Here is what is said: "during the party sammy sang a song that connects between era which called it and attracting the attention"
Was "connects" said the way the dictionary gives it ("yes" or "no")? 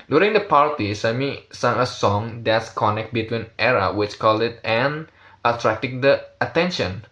no